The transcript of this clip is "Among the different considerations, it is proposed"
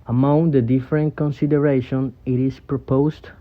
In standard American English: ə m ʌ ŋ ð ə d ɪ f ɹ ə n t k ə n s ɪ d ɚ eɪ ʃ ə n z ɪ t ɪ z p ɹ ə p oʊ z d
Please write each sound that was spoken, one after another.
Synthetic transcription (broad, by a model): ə m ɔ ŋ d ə d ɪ f ɹ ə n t k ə n s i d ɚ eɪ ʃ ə n ɪ t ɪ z p ɹ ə p oʊ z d